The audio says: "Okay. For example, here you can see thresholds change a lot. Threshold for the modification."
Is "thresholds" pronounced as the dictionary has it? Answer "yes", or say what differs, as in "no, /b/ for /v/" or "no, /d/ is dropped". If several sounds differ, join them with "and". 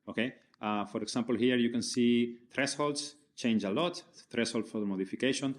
no, /s/ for /ʃ/ and /s/ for /z/